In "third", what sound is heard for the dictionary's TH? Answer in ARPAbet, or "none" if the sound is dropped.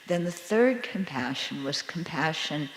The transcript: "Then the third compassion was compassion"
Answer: TH